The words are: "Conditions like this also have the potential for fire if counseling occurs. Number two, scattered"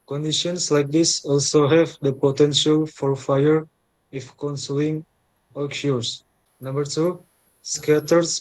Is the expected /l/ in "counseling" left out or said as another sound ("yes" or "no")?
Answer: yes